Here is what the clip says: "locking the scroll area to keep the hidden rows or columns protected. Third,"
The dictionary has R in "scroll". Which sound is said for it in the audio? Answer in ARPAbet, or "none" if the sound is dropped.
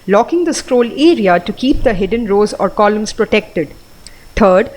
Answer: R